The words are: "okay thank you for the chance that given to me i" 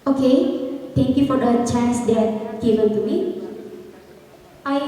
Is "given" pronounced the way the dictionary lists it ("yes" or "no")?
no